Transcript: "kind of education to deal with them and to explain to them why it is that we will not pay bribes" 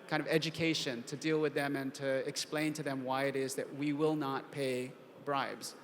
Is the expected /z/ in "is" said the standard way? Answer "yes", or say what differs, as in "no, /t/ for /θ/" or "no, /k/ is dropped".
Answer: yes